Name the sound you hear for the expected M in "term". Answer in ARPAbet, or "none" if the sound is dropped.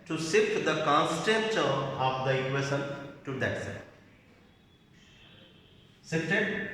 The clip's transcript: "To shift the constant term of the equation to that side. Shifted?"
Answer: none